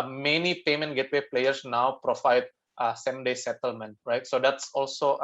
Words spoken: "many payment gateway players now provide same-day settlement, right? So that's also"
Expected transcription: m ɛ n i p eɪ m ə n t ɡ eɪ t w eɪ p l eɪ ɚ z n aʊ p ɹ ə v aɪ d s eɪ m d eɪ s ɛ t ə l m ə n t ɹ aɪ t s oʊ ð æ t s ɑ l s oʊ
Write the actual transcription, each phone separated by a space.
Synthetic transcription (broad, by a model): m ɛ n i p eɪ m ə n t ɡ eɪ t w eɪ p l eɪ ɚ s n aʊ p ɹ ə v aɪ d s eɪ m d eɪ s ɛ t ə l m ə n t ɹ aɪ t s oʊ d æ t s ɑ l s oʊ